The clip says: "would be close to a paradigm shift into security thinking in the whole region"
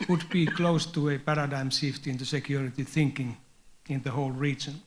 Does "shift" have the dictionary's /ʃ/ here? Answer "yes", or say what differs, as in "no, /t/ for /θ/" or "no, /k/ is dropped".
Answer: no, /s/ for /ʃ/